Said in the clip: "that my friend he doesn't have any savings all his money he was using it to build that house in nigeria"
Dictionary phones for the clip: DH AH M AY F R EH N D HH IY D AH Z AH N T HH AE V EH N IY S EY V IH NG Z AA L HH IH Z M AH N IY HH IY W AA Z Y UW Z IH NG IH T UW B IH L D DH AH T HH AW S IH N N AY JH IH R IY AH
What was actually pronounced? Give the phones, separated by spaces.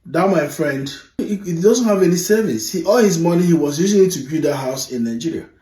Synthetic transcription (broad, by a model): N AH M AY F R EH N D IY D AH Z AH N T HH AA V EH N IY S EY V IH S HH AA L HH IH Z M AH N IY HH IY W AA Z Y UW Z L IH T UW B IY D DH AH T HH AW S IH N N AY JH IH R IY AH